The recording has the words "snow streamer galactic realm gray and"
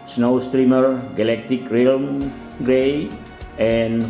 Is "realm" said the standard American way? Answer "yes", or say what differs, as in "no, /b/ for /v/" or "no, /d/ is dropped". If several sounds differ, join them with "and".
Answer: yes